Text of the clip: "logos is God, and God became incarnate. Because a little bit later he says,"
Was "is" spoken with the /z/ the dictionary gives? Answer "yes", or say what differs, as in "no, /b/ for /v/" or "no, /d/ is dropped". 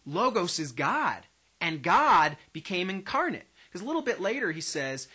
yes